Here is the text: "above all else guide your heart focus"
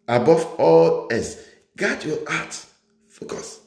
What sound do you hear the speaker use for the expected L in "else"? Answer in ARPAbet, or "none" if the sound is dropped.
none